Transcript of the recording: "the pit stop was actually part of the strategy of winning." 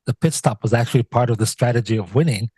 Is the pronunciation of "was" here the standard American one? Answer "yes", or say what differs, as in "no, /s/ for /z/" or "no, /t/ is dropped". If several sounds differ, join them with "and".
yes